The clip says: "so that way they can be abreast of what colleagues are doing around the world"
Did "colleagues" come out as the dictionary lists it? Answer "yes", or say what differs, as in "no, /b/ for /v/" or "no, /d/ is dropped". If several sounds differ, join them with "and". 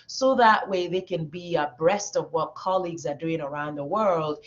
yes